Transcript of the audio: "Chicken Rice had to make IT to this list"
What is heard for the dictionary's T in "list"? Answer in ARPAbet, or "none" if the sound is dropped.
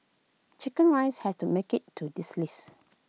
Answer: none